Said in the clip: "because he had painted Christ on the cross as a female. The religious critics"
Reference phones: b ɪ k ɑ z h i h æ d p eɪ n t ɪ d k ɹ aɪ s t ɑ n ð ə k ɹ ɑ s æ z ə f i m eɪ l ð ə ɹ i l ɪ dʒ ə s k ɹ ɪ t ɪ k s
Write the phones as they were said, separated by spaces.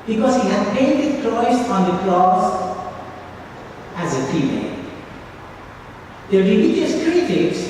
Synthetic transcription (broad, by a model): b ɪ k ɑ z h i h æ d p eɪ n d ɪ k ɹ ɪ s ɑ n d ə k l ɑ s æ z ə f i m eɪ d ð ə ɹ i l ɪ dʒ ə s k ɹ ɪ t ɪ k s